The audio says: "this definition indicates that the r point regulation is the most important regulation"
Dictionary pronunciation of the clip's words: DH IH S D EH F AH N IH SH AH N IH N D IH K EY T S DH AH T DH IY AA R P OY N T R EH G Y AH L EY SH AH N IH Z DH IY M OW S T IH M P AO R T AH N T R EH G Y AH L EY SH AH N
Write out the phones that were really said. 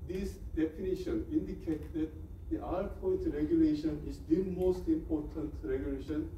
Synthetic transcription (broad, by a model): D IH S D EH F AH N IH SH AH N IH N D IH K EY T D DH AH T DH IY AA R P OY T R EH G Y AH L EY SH AH N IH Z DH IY M OW S T IH M P AO R T AH N T R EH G Y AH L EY SH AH N